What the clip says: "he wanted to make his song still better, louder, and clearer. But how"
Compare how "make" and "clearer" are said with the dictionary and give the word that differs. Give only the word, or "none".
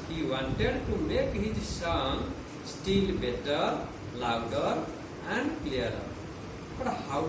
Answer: clearer